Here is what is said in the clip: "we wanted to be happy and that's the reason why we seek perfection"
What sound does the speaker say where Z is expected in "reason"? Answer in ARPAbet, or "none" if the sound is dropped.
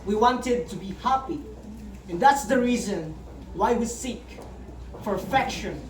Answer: Z